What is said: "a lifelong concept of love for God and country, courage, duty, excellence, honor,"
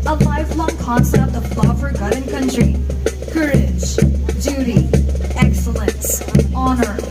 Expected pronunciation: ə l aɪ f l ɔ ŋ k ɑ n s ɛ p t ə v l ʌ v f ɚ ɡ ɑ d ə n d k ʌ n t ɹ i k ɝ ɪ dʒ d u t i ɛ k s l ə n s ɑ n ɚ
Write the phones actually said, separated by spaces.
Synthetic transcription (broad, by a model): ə l aɪ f l ɔ ŋ k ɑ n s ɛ t ə v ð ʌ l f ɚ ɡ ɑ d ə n k ʌ n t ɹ i k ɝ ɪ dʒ d u t i ɛ k s l ə n s ɑ n ɚ